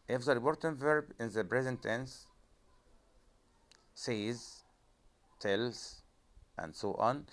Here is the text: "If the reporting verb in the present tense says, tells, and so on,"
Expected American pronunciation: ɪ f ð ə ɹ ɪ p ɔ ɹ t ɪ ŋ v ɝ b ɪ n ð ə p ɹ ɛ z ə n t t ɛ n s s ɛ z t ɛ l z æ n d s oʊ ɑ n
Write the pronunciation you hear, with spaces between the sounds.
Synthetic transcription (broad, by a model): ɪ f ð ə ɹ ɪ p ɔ ɹ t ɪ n v ɝ b ɪ n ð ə b ɹ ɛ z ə n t t ɛ n s s ɛ z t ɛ l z æ n d s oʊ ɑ n